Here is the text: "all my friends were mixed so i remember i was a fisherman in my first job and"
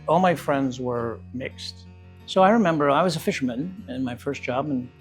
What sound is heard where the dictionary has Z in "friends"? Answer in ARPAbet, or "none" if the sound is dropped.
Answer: Z